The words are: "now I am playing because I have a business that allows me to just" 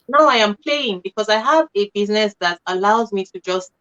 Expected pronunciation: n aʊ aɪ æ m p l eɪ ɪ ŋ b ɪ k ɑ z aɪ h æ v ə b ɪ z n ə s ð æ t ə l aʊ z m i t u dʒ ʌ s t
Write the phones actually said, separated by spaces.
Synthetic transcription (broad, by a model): n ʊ aɪ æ m p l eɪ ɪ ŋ b ɪ k ɑ z aɪ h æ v ə b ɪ z n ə s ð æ t ə l aʊ z m i t u dʒ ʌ s t